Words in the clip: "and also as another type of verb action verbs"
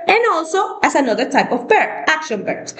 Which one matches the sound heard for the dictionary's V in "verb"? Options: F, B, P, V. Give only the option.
B